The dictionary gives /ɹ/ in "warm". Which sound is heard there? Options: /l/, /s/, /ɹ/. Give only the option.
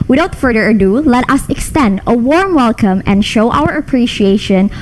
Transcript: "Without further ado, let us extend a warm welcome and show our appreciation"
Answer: /ɹ/